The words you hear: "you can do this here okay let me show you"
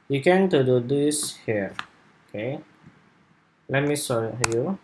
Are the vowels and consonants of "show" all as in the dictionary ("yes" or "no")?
no